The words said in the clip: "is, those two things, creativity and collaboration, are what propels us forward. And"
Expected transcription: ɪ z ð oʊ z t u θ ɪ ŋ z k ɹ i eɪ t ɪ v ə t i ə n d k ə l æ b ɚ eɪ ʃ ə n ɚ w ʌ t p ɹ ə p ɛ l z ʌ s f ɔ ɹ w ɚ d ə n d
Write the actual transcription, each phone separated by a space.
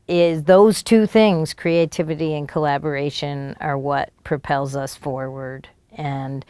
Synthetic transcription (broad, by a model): ɪ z ð oʊ z t u θ ɪ ŋ z k ɹ i eɪ t ɪ v ə t i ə n k ə l æ b ɚ eɪ ʃ ə n ɚ w ʌ t p ɹ ə p ɛ l z ʌ s f ɔ ɹ w ɚ d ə n